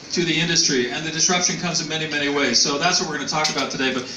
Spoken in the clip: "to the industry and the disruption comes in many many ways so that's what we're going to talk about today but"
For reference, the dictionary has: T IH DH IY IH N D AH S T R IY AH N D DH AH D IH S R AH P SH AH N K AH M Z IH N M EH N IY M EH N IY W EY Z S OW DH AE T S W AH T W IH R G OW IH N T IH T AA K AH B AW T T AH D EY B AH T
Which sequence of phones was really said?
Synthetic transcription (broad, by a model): T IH DH IY IH N D AH S T R IY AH N DH AH D IH S R AH P SH AH N K AH M Z IH N M EH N IY M EH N IY W EY Z S OW DH AE T S W AH T W IH R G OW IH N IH T AA K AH B AW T T AH D EY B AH T